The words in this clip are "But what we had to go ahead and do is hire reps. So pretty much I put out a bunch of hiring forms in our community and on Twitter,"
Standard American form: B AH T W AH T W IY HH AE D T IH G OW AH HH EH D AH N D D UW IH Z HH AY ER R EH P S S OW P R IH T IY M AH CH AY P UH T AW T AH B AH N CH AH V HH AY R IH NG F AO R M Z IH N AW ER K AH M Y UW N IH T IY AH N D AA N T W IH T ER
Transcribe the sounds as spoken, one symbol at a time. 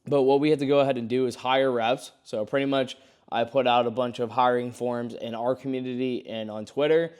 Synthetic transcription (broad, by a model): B AH T W AH T W IY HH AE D T IH G OW AH HH EH D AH N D D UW IH Z HH AY ER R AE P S S OW P R IH T IY M AH CH AY P UH T AW T AH B AH N CH AH V HH AY R IH NG F AO R M Z IH N AW ER K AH M Y UW N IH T IY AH N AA N T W IH T ER